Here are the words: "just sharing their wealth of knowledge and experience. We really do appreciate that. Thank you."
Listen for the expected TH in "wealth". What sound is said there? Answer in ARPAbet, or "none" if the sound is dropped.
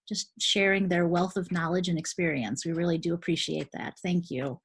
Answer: TH